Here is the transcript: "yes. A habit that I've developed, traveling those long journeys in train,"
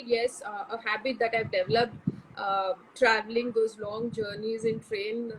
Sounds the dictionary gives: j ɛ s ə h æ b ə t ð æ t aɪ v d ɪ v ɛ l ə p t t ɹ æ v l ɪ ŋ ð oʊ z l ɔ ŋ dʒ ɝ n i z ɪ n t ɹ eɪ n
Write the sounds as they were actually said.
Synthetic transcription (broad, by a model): j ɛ s ə h æ b ə t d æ t aɪ v d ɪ v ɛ l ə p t t ɹ æ v l ɪ ŋ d oʊ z l ɔ ŋ dʒ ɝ n i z ɪ n t ɹ eɪ n